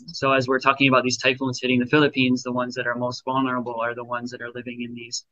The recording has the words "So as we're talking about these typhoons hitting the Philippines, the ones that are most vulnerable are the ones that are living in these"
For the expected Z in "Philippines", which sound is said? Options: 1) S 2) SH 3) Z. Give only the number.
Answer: 3